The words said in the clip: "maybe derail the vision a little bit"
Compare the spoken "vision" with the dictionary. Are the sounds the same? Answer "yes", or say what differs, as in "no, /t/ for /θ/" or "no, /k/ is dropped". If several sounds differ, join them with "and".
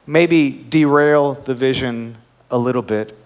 yes